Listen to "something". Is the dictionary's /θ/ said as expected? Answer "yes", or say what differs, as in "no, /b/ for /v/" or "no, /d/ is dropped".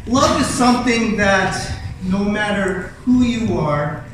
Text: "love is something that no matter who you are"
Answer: yes